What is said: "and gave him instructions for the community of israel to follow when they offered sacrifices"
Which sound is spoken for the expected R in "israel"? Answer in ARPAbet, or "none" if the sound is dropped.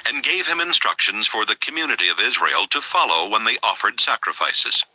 R